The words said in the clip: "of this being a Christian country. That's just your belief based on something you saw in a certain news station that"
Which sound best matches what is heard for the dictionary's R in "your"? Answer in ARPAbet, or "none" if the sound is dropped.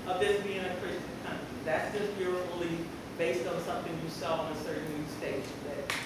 R